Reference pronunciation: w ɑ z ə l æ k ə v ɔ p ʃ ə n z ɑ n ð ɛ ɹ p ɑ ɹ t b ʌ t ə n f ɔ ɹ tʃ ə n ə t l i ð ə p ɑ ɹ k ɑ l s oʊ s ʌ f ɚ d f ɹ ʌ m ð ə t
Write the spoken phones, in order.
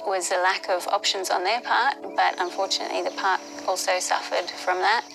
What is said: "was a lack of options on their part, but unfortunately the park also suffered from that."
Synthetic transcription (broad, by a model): w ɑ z ə l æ k ə v ɔ p ʃ ə n z n ð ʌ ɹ p ɑ ɹ t b ʌ t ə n f ɔ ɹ tʃ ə n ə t l i ð ə p ɑ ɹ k ɑ l s oʊ s ʌ f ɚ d f ɹ ʌ m ð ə t